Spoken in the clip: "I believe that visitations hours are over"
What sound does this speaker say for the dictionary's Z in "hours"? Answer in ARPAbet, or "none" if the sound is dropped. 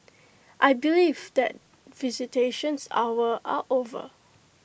none